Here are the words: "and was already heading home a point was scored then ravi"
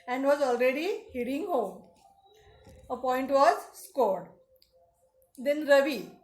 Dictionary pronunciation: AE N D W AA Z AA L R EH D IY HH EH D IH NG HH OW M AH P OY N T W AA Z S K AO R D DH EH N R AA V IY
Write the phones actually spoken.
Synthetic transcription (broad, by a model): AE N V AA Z AA L R EH D IY HH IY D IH NG HH OW M AH P OY N T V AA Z S K AO R D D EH N R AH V IY